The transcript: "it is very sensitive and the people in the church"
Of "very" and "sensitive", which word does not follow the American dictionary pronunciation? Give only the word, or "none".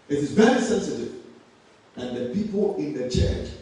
very